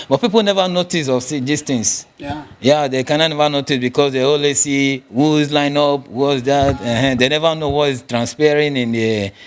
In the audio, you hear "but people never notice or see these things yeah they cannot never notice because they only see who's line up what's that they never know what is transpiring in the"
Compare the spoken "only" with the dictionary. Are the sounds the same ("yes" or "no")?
no